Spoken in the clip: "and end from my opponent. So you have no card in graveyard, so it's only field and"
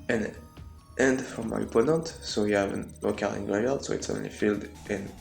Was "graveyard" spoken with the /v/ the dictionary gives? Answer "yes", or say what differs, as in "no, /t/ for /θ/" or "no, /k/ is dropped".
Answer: no, /v/ is dropped